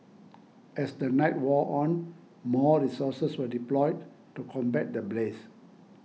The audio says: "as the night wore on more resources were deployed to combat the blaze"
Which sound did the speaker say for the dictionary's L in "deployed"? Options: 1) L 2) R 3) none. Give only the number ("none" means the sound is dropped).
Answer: 1